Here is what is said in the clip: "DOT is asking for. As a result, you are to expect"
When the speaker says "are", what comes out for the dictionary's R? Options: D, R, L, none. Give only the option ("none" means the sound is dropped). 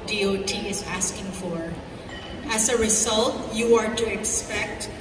R